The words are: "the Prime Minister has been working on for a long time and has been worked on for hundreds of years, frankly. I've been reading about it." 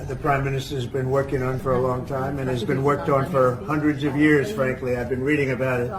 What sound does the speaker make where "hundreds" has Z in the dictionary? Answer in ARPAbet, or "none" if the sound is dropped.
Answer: Z